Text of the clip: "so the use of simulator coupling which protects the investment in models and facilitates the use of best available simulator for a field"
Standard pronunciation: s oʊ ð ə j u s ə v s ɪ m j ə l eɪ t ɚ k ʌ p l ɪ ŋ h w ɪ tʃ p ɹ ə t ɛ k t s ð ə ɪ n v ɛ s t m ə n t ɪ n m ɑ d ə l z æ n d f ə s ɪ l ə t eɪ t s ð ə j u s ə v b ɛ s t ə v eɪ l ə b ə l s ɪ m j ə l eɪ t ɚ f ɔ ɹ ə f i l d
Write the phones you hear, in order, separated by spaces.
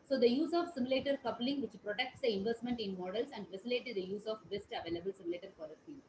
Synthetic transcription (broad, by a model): s oʊ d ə j u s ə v s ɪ m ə l eɪ t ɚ k ʌ p l ɪ ŋ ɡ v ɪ tʃ p ɹ ə t ɛ k t s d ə ɪ n v ɛ s t m ə n t ɪ n m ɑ d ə l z æ n d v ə s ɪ l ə t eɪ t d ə j u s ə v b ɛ s t ə v eɪ l ə b ə l s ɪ m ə l eɪ t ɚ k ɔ l ə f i